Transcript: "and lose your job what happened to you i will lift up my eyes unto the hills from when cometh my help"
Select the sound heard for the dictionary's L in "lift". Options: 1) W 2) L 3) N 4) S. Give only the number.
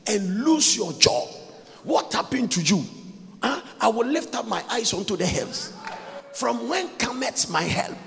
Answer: 2